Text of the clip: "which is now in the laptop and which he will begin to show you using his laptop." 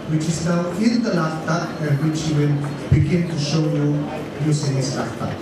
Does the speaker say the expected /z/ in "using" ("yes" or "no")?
no